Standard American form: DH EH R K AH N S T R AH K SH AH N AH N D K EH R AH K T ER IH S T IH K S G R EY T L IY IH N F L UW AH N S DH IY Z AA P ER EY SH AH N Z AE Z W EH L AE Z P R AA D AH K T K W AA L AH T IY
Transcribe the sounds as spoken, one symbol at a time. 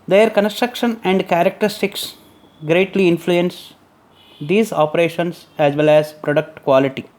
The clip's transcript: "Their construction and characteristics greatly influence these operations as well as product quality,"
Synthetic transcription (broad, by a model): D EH R K AH N S T R AH K SH AH N AH N D K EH R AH K T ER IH S T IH K S G R EY T L IY IH N F L UW AH N S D IY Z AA P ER EY SH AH N S AE Z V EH L AE Z P R AA D AH K T K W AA L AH T IY